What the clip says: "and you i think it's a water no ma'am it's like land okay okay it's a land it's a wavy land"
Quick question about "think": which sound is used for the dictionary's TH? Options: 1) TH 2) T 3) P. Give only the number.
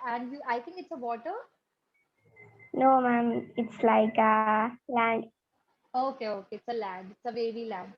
2